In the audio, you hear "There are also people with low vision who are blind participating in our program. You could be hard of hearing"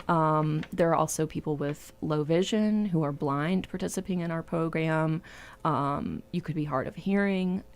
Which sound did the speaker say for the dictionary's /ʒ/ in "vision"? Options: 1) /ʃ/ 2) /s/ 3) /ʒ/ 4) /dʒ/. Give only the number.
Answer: 3